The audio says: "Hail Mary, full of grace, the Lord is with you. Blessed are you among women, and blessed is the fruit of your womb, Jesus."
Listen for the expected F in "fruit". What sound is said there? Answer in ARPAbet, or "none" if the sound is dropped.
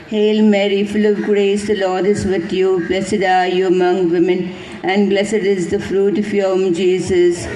F